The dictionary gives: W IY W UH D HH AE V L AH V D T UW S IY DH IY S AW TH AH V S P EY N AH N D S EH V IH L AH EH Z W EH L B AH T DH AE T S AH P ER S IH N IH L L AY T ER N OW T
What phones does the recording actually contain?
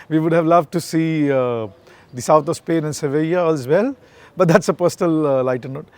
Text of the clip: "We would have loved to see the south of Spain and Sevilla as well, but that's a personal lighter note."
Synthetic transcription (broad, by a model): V IY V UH D HH AE V L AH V T UW S IY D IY S AW T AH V S P EY N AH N S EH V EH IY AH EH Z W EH L B AH T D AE T S AH P ER S IH N IH L L AY T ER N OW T